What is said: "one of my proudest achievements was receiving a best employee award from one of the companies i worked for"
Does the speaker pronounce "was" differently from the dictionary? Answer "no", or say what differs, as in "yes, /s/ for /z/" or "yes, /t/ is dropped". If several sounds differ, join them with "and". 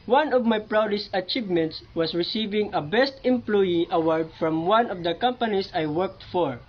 yes, /s/ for /z/